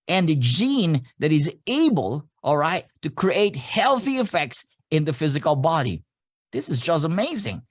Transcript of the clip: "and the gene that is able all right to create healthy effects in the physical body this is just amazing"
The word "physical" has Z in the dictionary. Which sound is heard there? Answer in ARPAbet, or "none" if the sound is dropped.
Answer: Z